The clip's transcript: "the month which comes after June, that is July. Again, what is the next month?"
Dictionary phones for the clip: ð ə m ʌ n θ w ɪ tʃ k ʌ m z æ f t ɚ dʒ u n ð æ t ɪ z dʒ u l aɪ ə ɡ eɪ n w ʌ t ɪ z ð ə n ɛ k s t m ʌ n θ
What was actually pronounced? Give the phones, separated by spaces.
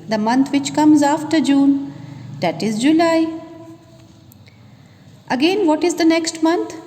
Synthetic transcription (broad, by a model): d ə m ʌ n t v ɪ tʃ k ʌ m z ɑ f t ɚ dʒ u n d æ t ɪ z dʒ u l aɪ ə ɡ eɪ n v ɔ t ɪ z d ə n ɛ k s t m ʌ n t